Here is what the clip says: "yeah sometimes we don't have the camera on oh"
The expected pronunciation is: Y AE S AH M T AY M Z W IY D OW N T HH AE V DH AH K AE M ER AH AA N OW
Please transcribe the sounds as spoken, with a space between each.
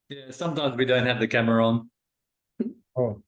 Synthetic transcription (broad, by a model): Y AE S AH M T AY M Z W IY D OW N T HH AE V DH AH K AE M ER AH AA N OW